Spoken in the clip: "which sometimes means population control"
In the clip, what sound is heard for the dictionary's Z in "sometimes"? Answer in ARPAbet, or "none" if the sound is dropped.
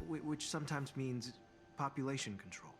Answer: Z